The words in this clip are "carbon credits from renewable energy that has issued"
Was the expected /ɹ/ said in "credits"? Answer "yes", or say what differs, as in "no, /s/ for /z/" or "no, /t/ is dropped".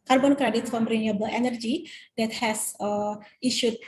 yes